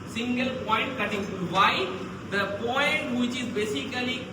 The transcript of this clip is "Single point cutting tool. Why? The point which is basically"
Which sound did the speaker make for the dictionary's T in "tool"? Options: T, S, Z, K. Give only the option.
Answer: S